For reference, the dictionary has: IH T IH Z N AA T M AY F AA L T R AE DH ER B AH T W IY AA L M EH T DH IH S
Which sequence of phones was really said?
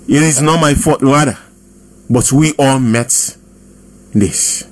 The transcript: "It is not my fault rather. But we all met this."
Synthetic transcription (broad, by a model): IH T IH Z N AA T M AY F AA T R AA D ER B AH T W IY AA L M EH T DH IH S